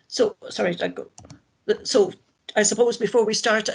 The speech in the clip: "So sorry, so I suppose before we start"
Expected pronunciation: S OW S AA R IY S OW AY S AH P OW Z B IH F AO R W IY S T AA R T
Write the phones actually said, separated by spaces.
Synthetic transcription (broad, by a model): S OW S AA R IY S OW AY S AH P OW Z B IH F AO R W IY S T AA R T